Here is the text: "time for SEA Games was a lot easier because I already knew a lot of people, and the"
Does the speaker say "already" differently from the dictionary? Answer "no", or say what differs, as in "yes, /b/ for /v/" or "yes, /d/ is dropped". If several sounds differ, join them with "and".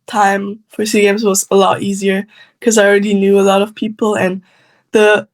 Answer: no